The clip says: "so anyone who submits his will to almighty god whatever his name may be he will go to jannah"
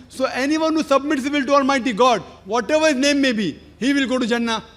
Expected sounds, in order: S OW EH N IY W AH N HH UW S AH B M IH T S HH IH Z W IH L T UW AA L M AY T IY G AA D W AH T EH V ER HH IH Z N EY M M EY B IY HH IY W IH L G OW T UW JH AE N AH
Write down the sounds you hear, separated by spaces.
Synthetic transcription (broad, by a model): S OW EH N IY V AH N HH UW S AH B M IH T S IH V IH L T UW AA L M AY T IY G AA D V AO T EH V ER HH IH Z N EY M M EY B IY HH IY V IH L G OW T UW JH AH N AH